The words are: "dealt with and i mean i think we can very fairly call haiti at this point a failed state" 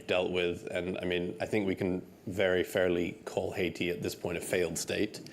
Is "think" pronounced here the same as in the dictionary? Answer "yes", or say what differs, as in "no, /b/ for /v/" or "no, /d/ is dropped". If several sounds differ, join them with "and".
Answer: yes